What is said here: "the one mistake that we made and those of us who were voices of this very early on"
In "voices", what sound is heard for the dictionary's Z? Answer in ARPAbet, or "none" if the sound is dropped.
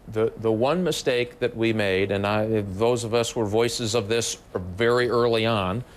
Z